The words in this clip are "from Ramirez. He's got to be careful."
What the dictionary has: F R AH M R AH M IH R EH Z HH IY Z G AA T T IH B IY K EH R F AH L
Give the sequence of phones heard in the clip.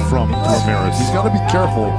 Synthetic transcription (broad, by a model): F R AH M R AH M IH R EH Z HH IY Z G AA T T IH B IY K EH R F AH L